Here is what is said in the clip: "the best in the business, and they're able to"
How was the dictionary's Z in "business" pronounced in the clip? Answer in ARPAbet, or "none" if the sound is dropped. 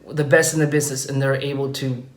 Z